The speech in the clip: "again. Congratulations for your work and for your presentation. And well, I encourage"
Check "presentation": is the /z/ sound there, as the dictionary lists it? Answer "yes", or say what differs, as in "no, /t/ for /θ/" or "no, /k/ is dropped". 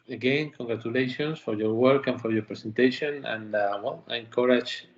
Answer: no, /s/ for /z/